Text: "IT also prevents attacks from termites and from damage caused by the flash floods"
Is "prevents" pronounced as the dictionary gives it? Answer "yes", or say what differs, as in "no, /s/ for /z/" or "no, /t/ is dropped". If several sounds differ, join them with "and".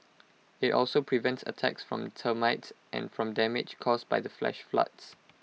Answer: yes